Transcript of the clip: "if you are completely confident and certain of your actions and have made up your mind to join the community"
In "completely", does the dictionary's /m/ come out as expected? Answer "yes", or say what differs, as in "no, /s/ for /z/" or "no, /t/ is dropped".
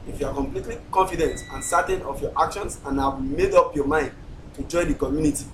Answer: yes